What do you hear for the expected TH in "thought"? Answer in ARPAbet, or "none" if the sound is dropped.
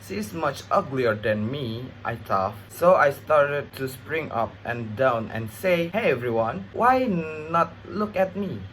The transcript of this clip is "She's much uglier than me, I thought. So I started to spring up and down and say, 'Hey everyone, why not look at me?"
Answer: T